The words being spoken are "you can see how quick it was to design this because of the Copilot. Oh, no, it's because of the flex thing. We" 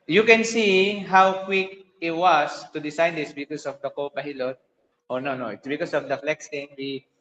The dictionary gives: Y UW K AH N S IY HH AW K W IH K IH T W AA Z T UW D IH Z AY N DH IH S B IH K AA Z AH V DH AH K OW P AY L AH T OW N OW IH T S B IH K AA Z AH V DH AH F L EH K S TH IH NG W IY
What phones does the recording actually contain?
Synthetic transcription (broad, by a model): Y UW K AH N S IY HH AW K W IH K IH T W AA S T UW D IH S AY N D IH S B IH K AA S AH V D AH K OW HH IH L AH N OW N OW IH T S B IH K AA S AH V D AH F L EH K S T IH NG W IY